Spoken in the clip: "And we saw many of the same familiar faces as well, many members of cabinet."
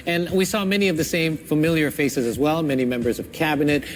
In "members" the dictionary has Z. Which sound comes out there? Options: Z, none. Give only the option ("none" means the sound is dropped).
Z